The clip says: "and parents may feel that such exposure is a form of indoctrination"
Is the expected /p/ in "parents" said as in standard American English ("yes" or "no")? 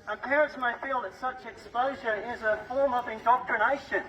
yes